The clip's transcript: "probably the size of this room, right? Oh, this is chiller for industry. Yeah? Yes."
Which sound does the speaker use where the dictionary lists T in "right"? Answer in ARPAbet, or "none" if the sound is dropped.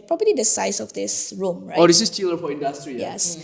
none